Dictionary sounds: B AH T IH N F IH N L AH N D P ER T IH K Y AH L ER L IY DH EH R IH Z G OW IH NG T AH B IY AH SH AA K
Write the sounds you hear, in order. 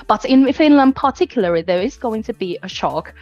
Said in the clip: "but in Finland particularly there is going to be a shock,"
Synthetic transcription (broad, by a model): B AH T IH N F IH N L AH N D P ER T IH K Y L ER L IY DH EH R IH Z G OW IH NG T AH B IY AH SH AA K